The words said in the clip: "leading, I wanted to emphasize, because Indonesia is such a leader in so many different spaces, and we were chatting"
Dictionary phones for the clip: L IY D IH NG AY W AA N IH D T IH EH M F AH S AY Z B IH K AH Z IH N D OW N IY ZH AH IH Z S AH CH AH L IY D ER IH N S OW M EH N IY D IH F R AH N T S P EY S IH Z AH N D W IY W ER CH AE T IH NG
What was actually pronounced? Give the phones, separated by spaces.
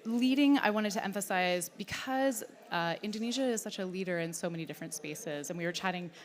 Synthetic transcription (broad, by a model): L IY D IH NG AY W AA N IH D T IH EH M F AH S AY Z B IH K AH Z IH N D OW N IY ZH AH IH Z S AH CH AH L IY D ER IH N S OW M EH N IY D IH F R AH N T S P EY S IH Z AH N W IY W ER CH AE T IH NG